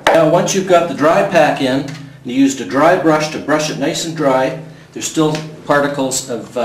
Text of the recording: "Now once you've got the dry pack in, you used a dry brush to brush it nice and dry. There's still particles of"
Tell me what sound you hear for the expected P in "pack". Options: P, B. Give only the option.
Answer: P